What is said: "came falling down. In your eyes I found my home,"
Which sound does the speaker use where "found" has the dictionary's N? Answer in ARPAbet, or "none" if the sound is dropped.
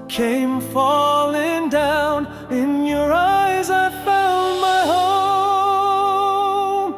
L